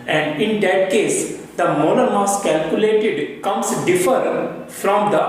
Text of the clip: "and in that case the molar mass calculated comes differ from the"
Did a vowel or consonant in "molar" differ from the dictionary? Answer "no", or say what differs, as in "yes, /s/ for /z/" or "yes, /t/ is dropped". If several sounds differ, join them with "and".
yes, /n/ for /l/